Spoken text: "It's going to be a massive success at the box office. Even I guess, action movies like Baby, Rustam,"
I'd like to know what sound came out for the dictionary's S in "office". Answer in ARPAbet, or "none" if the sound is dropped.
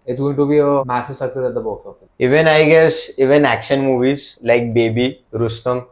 none